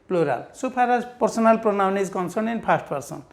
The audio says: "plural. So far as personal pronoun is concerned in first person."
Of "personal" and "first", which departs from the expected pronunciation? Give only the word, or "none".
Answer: first